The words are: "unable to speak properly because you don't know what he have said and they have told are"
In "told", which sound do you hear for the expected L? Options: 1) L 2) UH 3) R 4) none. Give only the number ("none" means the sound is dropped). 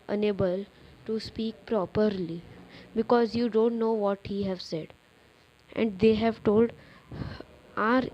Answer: 1